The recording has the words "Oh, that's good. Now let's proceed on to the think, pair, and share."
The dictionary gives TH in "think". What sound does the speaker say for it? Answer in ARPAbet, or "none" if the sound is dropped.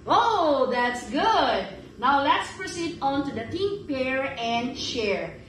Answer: T